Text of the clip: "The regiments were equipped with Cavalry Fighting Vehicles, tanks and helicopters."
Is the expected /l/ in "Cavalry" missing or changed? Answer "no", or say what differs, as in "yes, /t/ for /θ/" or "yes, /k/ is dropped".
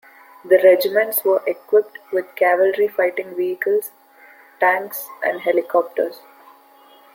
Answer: no